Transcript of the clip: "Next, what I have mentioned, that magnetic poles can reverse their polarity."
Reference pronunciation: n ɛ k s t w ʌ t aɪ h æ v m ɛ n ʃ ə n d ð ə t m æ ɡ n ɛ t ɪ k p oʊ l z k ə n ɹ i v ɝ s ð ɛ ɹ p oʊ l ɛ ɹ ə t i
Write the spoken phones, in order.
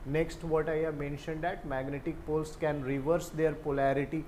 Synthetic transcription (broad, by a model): n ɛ k s t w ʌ t aɪ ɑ m ɛ n ʃ ə n d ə t m æ ɡ n ɛ t ɪ k p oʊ l s k ə n ɹ i v ɝ s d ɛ ɹ p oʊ l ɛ ɹ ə t i